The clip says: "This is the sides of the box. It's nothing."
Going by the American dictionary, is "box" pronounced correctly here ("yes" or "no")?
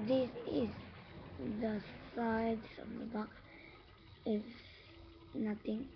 no